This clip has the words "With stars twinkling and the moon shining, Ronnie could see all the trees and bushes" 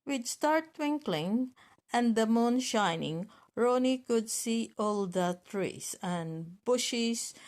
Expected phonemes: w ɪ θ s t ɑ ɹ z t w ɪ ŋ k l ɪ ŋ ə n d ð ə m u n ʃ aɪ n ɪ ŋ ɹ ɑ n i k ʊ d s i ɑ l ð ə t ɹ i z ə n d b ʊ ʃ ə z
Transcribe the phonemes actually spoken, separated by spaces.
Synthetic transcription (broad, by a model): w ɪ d s t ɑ ɹ t w ɪ ŋ k l ɪ ŋ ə n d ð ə m u n ʃ aɪ n ɪ ŋ ɹ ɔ n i k ʊ d s i ɑ l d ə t ɹ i s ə n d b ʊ ʃ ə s